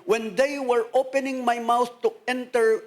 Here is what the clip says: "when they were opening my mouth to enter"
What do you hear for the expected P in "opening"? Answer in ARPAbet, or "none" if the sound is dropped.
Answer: P